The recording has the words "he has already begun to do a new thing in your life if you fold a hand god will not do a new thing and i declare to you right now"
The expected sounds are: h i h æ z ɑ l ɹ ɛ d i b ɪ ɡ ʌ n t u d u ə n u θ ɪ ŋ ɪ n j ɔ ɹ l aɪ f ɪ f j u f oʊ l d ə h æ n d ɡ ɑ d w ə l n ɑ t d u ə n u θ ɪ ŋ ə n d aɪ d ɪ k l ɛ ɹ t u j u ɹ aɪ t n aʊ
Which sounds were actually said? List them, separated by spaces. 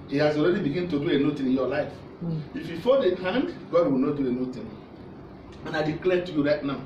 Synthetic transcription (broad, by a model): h i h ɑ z ɑ l ɹ ɛ d i b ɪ ɡ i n t u d u ə n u t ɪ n ɪ n j ɔ l aɪ f ɪ f j u f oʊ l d ə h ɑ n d ɡ ɑ d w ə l n ɑ t d u ə n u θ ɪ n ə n aɪ d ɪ k l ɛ t u j u ɹ aɪ t n aʊ